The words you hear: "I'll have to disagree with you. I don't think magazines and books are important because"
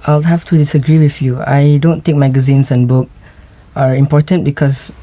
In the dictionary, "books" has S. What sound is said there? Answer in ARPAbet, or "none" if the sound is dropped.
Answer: none